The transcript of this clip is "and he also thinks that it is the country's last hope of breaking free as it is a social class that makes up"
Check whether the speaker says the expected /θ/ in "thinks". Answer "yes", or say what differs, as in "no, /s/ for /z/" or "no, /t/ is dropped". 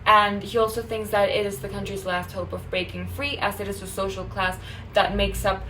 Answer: yes